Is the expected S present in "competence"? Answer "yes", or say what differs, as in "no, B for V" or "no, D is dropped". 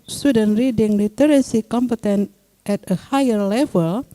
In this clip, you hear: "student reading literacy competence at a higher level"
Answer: no, S is dropped